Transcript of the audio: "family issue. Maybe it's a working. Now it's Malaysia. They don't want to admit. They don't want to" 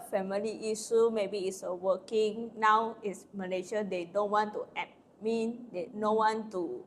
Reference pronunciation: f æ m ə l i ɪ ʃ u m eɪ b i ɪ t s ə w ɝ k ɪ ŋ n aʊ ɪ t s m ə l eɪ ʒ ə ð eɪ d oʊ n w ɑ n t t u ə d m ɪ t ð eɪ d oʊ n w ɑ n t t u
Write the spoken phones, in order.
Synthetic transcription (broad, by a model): f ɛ m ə l i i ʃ u m eɪ b i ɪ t s ə w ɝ k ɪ ŋ n aʊ ɪ t s m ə n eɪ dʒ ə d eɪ d oʊ n w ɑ n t t u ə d m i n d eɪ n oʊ w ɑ n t t u